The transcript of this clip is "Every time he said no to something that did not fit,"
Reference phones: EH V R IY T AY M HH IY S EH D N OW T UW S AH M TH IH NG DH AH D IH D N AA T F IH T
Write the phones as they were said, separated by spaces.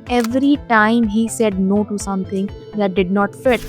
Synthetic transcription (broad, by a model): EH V R IY T AY M HH IY S EH D N OW T UW S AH M T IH NG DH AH D IH D N AA T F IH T